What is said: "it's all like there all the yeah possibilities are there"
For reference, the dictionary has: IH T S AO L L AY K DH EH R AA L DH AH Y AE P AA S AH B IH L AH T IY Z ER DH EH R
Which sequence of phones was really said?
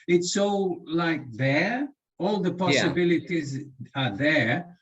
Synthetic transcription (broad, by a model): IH T S AO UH L AY K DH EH R AA L DH AH P AA S AH B IH L AH T IY Z ER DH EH R